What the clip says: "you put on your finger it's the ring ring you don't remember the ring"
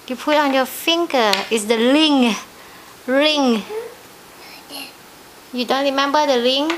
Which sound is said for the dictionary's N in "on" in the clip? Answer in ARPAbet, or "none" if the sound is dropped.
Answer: N